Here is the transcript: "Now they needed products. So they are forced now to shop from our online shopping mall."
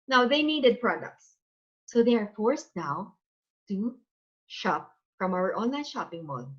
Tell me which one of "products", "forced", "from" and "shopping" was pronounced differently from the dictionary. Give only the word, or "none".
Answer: none